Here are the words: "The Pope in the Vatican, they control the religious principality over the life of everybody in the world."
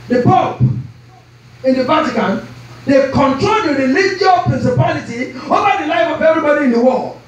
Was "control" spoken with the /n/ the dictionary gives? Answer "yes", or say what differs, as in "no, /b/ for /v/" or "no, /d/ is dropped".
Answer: yes